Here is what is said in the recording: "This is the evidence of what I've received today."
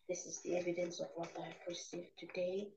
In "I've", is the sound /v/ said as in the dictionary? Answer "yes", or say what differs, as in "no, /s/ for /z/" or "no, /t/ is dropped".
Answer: no, /p/ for /v/